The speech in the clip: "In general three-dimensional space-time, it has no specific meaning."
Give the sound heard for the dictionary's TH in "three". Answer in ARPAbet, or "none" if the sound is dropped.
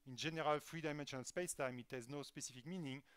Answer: F